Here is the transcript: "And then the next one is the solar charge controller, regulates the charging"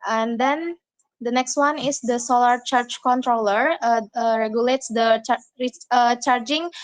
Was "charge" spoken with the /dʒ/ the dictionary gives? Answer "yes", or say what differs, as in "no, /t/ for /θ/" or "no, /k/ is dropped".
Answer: no, /tʃ/ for /dʒ/